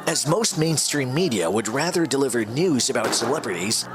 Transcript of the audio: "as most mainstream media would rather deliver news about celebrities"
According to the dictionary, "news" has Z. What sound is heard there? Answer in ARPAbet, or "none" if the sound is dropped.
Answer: Z